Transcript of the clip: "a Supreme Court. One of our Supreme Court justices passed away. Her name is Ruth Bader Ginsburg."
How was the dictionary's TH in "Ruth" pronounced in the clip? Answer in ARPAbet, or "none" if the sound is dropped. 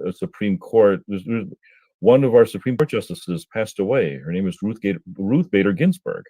TH